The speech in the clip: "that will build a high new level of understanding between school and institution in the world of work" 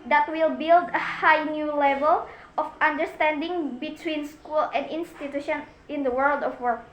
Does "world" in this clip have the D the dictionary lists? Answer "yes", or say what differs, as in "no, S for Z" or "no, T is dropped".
yes